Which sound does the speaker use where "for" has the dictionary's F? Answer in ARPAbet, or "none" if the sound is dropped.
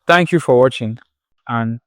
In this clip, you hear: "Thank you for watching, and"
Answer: F